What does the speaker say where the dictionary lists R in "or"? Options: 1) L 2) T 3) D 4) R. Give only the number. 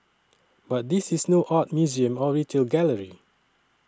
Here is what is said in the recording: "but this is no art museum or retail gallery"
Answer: 1